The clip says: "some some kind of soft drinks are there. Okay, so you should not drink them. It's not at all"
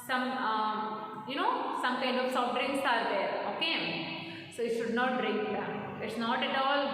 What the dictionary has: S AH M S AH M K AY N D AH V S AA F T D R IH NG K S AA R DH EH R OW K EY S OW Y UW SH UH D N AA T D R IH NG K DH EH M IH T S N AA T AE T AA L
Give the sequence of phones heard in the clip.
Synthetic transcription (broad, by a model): S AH M S AH M K AY N D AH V S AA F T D R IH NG S AA R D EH R OW K EY S OW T SH UH D N AA T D R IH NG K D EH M IH T S N AA T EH T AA L